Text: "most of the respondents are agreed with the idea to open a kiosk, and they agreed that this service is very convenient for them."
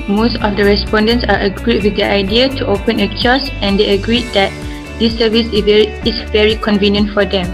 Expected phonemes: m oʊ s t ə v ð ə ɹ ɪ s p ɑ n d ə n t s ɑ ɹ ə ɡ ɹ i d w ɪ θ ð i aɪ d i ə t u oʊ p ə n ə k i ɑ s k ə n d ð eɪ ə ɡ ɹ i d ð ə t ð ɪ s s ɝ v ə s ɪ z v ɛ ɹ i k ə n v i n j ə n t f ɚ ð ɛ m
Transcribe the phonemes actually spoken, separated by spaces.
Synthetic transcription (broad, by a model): m oʊ s t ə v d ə ɹ ɪ s p ɑ n d ə n t s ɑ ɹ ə ɡ ɹ i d w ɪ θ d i aɪ d i ə t u oʊ p ə n ə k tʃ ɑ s ə n d eɪ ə ɡ ɹ i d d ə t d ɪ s s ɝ v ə s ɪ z v ɛ ɹ i k ə n v i n j ə n t f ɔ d ɛ m